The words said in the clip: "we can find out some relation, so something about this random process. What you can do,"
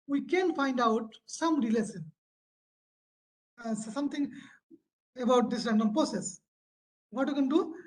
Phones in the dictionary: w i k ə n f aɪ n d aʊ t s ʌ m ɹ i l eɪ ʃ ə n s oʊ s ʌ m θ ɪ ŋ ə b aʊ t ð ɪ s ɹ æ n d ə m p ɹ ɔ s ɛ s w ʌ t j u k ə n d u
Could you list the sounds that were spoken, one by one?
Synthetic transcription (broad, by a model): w i k ə n f aɪ n d aʊ t s ʌ m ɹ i l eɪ s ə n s s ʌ m t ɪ ŋ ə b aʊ t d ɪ s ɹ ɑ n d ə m p ɹ ɔ s ɛ s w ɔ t j u k ə n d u